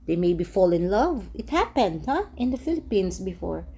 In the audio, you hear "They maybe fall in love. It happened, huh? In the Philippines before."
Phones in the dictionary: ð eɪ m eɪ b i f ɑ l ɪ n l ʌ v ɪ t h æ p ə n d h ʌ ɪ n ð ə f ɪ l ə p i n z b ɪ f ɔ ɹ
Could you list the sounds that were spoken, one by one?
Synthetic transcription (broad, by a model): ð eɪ m eɪ b i f ɑ l ɪ n l ʌ v ɪ t h æ p ə n d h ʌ ɪ n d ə f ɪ l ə p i n s b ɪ f ɔ ɹ